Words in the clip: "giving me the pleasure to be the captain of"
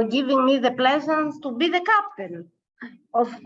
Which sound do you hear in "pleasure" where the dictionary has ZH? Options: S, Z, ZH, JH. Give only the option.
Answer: Z